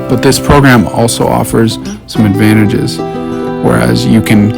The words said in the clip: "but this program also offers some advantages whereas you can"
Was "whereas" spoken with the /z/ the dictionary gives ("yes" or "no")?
yes